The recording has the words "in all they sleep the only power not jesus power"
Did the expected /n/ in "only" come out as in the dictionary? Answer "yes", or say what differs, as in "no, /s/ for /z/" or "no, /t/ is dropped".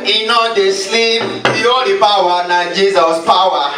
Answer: no, /n/ is dropped